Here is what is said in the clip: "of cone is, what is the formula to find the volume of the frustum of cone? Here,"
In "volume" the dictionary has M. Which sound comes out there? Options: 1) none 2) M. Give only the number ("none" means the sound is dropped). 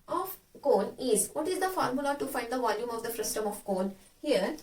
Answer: 2